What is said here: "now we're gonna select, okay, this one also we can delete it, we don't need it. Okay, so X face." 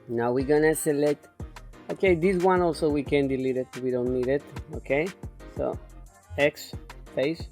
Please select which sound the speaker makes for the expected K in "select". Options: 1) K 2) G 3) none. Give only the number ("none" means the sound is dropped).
3